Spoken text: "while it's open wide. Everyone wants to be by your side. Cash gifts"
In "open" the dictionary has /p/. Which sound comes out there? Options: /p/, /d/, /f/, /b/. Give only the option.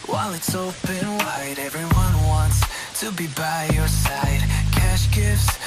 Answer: /b/